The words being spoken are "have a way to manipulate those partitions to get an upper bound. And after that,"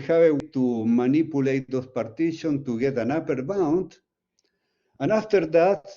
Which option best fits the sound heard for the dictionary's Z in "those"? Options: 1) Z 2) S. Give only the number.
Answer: 2